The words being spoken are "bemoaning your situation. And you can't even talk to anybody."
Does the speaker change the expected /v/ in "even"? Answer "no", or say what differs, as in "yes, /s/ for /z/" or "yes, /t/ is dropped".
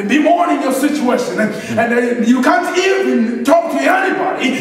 yes, /v/ is dropped